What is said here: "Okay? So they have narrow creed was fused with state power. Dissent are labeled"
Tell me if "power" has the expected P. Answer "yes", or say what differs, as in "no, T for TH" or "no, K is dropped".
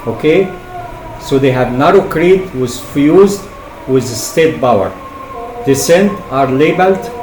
no, B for P